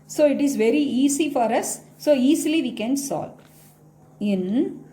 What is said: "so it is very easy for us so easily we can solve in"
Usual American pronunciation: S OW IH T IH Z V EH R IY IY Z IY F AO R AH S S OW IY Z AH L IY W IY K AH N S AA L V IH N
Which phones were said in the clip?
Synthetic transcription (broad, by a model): S OW IH T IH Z V EH R IY IY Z IY F AO R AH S S OW IY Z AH L IY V IY K AH N S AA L IH N